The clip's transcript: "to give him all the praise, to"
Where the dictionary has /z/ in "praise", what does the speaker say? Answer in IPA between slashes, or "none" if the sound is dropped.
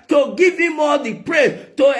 none